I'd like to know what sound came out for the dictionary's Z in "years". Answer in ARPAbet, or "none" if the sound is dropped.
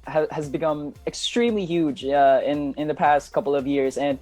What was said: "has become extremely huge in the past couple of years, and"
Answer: Z